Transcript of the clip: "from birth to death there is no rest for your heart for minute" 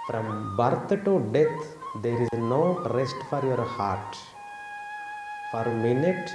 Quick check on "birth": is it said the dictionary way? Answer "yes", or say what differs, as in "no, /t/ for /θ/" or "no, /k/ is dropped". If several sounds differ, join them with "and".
no, /t/ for /θ/